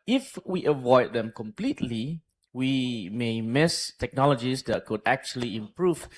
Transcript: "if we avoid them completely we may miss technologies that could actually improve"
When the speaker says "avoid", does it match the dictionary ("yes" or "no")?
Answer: yes